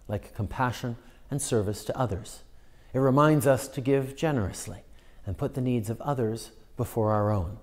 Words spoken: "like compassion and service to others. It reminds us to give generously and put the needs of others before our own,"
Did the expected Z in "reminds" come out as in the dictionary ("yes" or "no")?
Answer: yes